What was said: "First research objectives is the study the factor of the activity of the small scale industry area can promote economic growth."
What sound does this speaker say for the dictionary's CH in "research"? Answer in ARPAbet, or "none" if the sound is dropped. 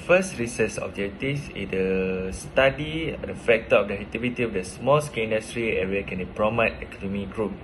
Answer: S